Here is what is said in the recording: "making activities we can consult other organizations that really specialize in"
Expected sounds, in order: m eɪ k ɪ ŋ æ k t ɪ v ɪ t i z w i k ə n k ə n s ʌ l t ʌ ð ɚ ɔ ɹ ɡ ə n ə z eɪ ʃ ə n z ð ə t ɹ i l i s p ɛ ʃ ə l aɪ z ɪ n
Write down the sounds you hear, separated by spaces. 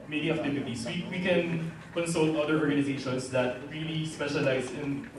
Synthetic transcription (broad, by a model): m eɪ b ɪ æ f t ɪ p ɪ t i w w i k ə n k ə n s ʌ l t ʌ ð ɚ ɔ ɹ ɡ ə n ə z eɪ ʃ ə n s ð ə t ɹ i l i s p ɛ ʃ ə l aɪ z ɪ n